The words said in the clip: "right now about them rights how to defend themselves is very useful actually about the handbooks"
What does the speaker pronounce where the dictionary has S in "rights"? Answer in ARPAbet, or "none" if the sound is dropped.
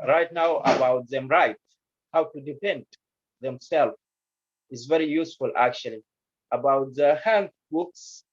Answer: none